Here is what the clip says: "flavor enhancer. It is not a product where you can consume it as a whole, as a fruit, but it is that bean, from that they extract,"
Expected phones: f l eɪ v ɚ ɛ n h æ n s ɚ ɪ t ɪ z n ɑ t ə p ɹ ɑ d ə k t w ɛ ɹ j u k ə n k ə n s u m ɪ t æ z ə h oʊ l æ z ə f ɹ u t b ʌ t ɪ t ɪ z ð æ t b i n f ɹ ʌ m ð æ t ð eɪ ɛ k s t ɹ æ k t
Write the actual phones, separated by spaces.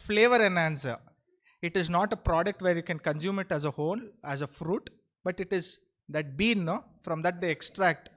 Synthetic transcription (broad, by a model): f l eɪ v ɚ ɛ n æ n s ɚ ɪ t ɪ z n ɑ t ə p ɹ ɑ d ə k t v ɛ ɹ j u k ə n k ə n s u m ɪ t æ z ə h oʊ n æ z ə f ɹ u t b ʌ t ɪ t ɪ z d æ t b i n f ɹ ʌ m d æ t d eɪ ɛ k s t ɹ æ k t